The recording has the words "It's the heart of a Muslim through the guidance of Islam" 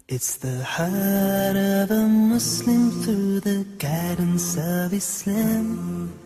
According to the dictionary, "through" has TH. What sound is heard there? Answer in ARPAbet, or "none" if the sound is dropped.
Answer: TH